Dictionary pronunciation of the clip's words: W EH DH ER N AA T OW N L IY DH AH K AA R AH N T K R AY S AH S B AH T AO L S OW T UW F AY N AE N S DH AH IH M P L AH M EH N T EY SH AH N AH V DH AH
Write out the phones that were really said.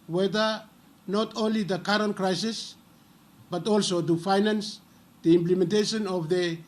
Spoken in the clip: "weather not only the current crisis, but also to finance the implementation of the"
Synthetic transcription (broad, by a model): W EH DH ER N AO T OW N L IY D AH K AA R AH N T K R AY S AH S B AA T AO L S OW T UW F AY N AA N S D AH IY M P L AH M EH N T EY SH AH N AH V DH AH